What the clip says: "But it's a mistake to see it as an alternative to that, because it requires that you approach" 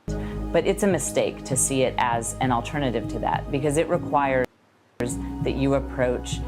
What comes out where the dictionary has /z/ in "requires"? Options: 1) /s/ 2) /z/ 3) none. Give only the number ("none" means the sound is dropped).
2